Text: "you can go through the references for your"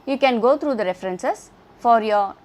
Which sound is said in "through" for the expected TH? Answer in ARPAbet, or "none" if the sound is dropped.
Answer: T